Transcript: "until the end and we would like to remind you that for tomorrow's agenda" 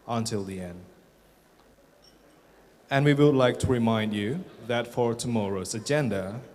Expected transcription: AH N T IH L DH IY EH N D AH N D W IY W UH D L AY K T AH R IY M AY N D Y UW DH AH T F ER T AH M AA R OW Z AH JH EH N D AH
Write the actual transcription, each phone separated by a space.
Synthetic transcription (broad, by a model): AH N T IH L DH IY EH N D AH N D W IY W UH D L AY K T AH R IY M AY N D Y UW DH AH T F ER T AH M AA R OW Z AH JH EH N D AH